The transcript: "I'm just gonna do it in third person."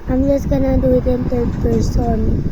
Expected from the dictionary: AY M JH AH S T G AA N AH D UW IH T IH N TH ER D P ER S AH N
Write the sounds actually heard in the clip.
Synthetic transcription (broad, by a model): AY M JH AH S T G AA N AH D UW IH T IH N T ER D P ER S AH N